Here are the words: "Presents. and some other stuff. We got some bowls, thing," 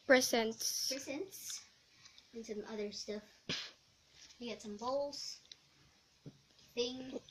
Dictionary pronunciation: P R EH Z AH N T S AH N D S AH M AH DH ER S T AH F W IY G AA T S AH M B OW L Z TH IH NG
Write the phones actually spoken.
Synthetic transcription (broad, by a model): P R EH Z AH N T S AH N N S AH M AH DH ER S T AH F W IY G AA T S AH M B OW L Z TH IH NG